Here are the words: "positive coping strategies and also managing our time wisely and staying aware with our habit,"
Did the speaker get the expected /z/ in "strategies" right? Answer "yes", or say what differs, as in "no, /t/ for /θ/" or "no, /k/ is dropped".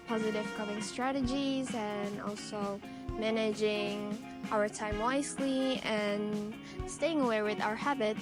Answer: yes